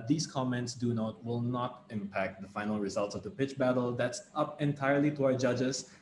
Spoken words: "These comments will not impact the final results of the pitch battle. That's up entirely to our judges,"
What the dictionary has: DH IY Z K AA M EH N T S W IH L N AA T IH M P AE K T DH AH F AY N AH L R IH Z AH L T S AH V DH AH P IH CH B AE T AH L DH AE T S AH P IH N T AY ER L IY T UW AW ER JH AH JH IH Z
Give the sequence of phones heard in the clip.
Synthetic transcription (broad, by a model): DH IY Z K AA M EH N T S W IH L N AA T IH M P AE K T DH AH F AY N AH L R IH Z AH L T S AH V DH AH P IH CH B AE T AH L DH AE T S AH P IH N T AY ER L IY T UW AW ER JH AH JH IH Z